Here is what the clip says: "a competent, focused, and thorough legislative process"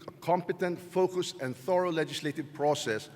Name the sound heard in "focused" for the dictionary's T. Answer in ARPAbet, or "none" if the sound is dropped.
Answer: none